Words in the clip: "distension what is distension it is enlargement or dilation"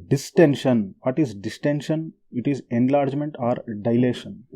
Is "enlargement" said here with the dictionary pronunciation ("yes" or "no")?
yes